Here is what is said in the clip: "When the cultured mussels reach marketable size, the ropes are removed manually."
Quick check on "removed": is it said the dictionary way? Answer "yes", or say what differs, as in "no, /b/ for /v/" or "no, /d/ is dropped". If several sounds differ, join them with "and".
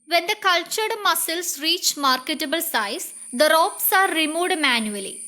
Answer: no, /v/ is dropped